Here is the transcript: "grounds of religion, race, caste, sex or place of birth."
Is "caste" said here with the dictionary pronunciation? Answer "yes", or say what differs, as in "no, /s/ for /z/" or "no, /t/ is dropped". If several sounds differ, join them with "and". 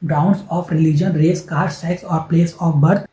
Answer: no, /s/ is dropped